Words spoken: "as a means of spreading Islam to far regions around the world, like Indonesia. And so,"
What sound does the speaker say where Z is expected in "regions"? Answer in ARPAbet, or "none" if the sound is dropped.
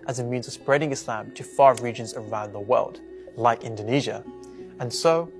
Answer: Z